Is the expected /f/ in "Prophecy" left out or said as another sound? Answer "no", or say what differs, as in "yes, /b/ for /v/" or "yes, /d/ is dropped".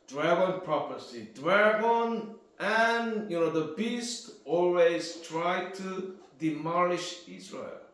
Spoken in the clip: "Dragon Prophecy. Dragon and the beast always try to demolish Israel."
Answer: yes, /p/ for /f/